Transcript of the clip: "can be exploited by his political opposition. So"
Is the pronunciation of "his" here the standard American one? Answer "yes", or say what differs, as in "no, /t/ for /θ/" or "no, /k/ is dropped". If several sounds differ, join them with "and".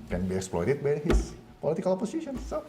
no, /s/ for /z/